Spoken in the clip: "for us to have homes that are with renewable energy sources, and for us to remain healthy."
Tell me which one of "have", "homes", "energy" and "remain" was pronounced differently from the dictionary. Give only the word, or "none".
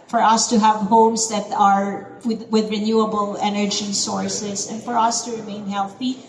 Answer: homes